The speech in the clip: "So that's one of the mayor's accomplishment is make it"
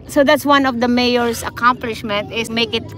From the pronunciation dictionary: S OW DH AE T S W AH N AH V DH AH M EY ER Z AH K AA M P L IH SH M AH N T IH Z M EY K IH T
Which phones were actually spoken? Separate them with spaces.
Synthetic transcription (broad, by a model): S OW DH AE T S W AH N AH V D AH M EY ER S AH K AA M P L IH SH M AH N T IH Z M EY K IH T